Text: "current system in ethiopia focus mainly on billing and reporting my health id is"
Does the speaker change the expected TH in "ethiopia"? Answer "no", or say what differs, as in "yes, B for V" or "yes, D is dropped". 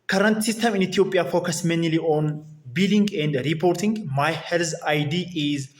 yes, T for TH